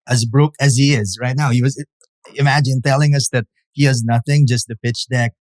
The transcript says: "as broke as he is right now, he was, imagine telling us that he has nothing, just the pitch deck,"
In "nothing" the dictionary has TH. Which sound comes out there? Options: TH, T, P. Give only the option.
TH